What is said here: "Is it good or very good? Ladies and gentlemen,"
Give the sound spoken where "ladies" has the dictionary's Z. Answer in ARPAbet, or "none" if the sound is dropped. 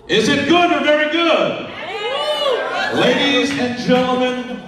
Z